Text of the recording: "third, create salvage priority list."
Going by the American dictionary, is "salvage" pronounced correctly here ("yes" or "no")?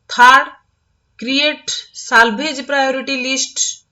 no